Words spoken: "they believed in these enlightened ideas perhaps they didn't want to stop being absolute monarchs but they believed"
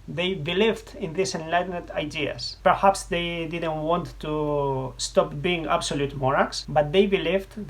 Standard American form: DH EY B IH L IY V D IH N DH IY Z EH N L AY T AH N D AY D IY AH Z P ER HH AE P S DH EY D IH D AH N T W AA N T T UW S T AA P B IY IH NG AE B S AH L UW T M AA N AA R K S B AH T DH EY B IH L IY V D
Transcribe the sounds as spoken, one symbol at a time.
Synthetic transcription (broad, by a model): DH EY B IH L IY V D IH N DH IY S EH N L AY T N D AY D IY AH S P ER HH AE P S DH EY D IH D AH N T W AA N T T UW S T AA P B IY IH NG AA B S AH L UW T M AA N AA K S B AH T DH EY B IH L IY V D